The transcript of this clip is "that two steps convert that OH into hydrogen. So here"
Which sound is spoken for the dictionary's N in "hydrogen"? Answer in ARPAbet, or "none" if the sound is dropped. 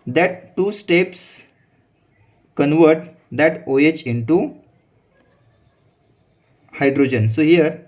N